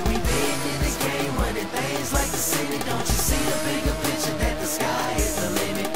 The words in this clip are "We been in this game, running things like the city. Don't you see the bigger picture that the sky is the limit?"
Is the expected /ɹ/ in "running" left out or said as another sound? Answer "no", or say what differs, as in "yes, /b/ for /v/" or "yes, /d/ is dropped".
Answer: yes, /w/ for /ɹ/